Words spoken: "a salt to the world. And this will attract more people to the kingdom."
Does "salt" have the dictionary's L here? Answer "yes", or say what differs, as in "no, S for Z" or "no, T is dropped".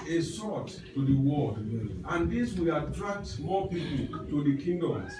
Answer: no, L is dropped